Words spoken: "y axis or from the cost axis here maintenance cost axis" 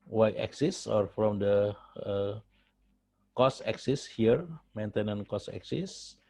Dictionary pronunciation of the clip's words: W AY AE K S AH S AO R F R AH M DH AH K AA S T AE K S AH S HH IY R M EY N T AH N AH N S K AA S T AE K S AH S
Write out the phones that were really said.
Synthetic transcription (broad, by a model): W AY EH K S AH S AO R F R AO M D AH K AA S EH K S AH S HH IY R M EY N T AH N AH N K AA S AE K S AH S